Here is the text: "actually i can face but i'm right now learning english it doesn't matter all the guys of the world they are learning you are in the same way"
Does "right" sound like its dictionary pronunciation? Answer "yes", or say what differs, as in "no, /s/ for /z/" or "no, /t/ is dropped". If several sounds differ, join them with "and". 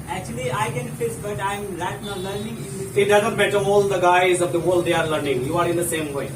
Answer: no, /l/ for /ɹ/